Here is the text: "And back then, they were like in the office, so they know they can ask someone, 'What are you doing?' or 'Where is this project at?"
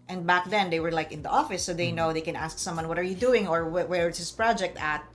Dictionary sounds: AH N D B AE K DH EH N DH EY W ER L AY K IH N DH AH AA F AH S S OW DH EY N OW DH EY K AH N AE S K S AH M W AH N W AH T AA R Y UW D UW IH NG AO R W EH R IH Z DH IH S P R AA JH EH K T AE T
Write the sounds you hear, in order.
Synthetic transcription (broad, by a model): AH N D B AE K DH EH N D EY W ER L AY K IH N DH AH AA F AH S S OW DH EY N OW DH EY K AH N AE S K S AH M W AH N W AH T AA R Y UW D UW IH NG AO R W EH W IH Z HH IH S P R AA JH EH K T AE T